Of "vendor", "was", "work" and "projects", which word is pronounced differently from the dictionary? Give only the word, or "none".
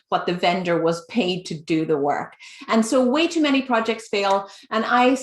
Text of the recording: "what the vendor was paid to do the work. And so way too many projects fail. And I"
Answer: none